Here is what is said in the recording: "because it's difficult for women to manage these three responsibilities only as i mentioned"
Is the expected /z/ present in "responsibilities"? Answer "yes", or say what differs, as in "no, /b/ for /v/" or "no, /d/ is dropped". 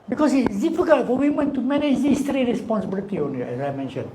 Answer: no, /z/ is dropped